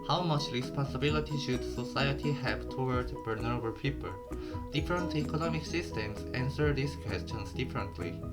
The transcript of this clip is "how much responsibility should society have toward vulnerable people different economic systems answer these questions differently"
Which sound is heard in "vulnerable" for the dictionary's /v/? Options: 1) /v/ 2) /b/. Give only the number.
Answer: 2